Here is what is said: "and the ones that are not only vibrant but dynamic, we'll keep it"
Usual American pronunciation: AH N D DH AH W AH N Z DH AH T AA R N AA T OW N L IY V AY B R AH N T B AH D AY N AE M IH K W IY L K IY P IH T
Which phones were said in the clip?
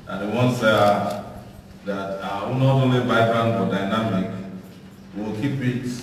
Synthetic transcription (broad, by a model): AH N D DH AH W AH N S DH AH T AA W N AA T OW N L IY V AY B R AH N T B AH D AY N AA M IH K W IY L K IY P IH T